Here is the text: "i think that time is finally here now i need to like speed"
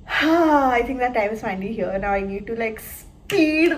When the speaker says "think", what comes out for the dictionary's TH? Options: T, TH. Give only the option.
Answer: T